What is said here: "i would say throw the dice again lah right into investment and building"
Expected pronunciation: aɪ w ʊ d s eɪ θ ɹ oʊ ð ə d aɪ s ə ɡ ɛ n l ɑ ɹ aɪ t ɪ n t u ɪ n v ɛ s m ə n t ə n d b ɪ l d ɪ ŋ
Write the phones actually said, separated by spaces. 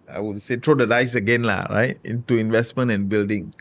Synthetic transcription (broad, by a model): aɪ w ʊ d s eɪ t ɹ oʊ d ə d aɪ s ə ɡ ɛ n l ɑ ɹ aɪ t ɪ n t u ɪ n v ɛ s m ə n t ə n b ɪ l d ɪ ŋ